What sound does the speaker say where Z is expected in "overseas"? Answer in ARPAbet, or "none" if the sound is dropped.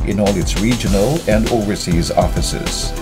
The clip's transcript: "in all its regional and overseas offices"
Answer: Z